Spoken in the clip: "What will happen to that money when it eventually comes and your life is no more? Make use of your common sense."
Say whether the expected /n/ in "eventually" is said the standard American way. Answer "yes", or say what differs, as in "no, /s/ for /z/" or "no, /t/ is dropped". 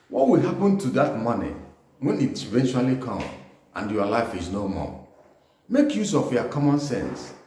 yes